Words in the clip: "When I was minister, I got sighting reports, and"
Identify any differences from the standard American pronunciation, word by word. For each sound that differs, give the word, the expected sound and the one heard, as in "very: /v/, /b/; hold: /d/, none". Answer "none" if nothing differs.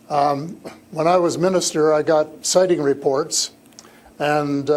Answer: none